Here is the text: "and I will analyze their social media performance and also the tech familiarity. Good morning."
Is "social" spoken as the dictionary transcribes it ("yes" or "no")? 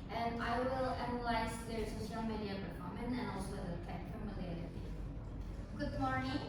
no